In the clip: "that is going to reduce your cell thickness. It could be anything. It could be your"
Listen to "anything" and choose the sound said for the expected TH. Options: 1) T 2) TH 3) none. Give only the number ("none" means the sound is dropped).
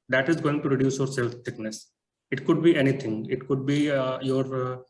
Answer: 1